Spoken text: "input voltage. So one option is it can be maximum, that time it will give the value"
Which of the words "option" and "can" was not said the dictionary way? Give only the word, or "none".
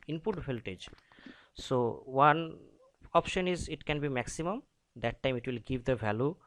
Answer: none